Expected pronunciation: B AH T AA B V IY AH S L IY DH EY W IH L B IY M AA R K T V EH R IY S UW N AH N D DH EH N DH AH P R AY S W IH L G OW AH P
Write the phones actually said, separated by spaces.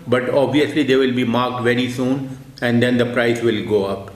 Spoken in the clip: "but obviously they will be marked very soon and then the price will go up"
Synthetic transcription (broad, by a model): B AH T AA B V IY AH S L IY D EY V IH L B IY M AA R K T V EH R IY S UW N AH N D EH N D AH P R AY S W IH L G OW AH P